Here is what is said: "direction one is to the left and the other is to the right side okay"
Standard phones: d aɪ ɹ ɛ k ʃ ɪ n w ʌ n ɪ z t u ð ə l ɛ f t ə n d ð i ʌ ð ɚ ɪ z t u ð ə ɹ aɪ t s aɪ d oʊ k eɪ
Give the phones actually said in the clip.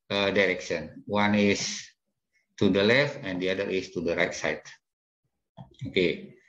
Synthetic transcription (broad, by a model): d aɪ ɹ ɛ k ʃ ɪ n w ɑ n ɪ s t u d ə l ɛ f t ə n d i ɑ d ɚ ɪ s t u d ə ɹ aɪ t s aɪ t oʊ k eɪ